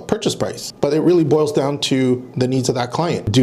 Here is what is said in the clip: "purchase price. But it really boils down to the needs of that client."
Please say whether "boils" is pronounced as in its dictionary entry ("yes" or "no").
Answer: yes